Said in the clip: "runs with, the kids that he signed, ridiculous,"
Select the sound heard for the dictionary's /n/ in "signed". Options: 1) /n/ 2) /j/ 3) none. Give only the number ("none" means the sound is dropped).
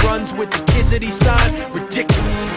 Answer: 3